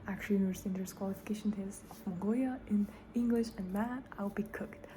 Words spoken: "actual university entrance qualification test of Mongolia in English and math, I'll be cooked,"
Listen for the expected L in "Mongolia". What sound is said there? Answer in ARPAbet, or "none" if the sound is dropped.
none